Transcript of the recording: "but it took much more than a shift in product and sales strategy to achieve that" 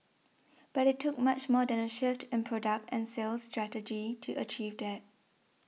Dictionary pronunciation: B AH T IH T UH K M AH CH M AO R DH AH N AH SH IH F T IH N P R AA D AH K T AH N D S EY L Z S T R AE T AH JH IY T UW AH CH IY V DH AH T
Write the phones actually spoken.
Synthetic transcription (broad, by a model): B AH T IH T UH K M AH CH M AO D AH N AH SH IH F T IH N P R AA D AH K T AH N S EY L S T R AE T AH JH IY T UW AH CH IY V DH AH T